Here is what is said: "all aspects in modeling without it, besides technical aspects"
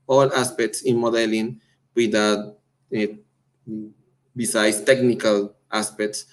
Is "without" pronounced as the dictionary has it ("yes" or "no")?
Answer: no